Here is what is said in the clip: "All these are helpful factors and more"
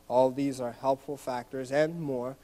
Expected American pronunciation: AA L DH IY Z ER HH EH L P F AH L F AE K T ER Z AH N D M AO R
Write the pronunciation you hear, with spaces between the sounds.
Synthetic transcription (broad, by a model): AA L DH IY Z ER HH EH L P F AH L F AE K T ER Z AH N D M AO R